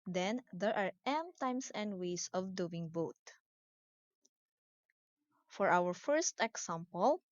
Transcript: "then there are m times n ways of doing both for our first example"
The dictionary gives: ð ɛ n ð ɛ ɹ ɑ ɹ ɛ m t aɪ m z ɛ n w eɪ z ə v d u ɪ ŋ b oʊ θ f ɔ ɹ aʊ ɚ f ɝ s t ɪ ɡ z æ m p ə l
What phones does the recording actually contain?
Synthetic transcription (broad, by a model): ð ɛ n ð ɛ ɹ ɑ ɹ ɛ m t aɪ m s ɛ n w eɪ s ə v d u ɪ ŋ b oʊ t f ɔ ɹ aʊ ɚ f ɝ s t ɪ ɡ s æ m p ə l